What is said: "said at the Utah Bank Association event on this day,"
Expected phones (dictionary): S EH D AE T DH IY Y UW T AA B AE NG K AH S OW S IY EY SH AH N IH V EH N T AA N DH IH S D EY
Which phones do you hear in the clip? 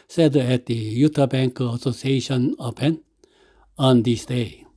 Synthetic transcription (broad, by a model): S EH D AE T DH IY Y UW T AA B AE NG K AH S OW S IY EY SH AH N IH P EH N AA N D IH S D EY